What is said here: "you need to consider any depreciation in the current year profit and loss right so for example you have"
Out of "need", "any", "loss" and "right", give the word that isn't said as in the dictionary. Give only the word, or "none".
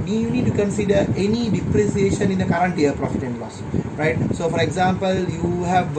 none